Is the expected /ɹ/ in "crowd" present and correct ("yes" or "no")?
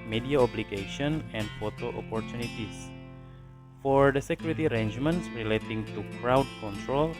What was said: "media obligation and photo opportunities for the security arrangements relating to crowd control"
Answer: yes